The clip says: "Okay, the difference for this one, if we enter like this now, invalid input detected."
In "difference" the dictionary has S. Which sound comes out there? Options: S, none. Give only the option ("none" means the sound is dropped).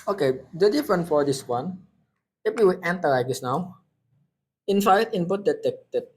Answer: none